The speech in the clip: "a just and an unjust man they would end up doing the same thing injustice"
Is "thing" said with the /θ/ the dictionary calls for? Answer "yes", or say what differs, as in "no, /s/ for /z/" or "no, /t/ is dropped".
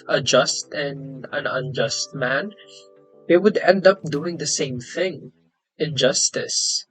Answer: yes